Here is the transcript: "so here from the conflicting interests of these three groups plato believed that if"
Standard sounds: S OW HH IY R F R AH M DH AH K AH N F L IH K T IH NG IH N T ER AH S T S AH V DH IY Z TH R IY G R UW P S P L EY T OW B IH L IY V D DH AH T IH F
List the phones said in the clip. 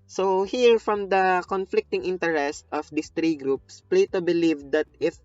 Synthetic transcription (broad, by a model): S OW HH IY R F R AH M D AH K AH N F L IH K T IH NG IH N T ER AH S T AH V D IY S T R IY G R UW P S P L EY T OW B IH L IY V D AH T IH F